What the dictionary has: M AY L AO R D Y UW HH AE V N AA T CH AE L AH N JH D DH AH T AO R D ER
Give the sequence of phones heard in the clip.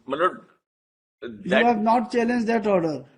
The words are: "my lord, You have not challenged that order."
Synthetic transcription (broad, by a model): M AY N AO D Y UW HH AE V N AA T CH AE L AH N JH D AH T AO R D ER